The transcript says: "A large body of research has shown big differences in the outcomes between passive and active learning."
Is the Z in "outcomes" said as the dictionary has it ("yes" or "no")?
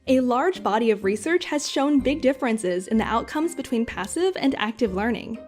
yes